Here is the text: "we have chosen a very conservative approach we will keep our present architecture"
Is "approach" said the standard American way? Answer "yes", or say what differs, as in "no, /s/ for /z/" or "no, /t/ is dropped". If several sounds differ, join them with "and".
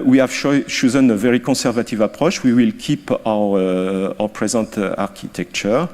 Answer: no, /ʃ/ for /tʃ/